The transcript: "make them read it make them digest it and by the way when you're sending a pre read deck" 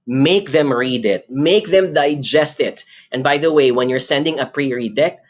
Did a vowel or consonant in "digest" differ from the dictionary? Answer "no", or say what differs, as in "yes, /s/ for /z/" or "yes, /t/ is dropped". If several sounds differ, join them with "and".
no